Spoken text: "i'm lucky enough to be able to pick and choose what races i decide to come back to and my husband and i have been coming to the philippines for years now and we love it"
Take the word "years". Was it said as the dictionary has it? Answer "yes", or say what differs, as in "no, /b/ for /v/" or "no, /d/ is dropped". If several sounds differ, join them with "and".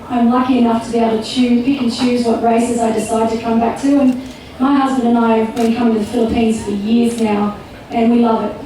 yes